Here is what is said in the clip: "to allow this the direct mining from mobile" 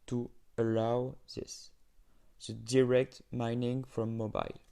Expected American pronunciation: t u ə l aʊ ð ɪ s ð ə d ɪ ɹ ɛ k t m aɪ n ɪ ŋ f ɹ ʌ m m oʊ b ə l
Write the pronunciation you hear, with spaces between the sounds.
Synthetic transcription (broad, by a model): t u ə l aʊ ð ɪ s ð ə d ɪ ɹ ɛ k t m aɪ n ɪ ŋ f ɹ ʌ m m oʊ b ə l